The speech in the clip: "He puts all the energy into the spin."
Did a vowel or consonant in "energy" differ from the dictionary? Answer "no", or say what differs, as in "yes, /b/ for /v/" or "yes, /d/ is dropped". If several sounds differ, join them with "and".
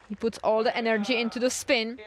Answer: no